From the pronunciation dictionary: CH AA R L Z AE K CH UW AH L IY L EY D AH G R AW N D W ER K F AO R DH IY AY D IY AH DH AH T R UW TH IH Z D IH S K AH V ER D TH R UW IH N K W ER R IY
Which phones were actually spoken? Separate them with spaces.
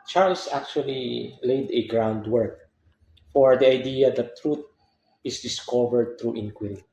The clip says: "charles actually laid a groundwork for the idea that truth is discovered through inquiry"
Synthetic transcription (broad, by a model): CH AA R L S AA K CH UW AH L IY L EY D AH G R AW N D W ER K F AO R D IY AY D IY AH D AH T R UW T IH S D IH S K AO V ER D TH R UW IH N K W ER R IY